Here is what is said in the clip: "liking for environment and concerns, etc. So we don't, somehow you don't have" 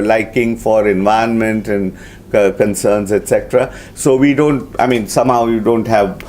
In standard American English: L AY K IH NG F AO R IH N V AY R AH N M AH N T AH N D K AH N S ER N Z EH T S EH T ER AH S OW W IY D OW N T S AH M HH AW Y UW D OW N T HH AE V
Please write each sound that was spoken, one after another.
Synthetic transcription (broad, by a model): L AY K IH NG F AO R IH N V AY AH N M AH N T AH N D K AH N S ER N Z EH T S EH T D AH S OW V IY D OW N T S AH M HH AW Y UW D OW N T HH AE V